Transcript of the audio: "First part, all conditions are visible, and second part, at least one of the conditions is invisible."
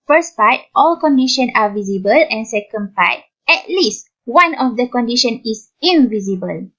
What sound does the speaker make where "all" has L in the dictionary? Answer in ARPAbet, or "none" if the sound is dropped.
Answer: L